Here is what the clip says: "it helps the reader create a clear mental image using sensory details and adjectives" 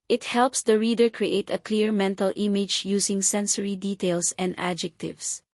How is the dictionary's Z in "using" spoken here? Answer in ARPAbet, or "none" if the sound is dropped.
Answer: S